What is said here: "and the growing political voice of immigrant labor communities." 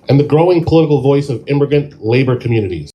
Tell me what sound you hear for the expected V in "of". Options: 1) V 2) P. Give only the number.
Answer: 1